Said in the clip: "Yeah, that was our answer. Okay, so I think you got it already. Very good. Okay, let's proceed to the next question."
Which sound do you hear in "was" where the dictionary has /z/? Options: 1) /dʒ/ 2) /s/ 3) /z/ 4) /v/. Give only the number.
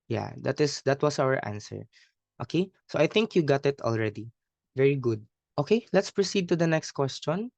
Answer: 2